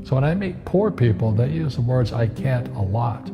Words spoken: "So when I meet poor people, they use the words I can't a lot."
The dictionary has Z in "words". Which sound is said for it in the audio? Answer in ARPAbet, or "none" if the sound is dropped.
Z